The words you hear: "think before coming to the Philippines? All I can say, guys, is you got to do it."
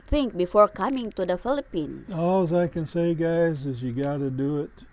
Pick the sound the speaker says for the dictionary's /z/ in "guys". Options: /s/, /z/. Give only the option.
/z/